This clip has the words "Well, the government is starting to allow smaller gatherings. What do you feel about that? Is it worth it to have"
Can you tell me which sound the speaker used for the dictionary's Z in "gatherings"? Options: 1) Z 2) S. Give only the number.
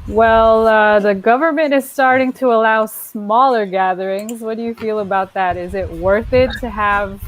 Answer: 1